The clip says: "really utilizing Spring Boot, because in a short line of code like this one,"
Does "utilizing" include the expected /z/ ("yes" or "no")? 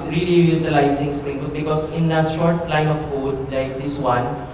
no